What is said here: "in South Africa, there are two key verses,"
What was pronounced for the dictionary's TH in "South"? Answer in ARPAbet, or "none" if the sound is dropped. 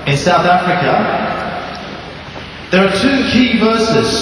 TH